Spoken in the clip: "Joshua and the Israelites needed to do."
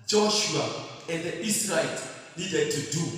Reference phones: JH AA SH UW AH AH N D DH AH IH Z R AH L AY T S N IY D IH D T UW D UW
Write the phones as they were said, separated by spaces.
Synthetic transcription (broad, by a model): JH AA SH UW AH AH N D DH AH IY S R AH EH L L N IY D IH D T UW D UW